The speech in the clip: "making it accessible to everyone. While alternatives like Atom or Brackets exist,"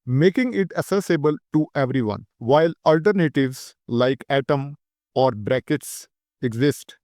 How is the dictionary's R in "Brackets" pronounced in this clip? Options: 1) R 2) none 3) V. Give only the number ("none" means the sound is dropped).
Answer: 1